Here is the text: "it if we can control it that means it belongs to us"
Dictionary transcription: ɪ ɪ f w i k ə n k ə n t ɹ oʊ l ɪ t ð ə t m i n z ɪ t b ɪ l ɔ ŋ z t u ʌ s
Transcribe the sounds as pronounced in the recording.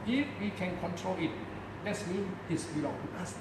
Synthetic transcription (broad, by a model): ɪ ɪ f w i k ə n k ə n t ɹ oʊ l ɪ t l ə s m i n ɪ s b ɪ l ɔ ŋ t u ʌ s